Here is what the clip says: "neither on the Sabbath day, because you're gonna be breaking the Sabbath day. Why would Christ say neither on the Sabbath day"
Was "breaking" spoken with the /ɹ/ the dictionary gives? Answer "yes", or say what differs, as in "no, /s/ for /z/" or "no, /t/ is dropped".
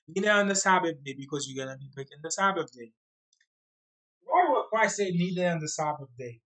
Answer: no, /ɹ/ is dropped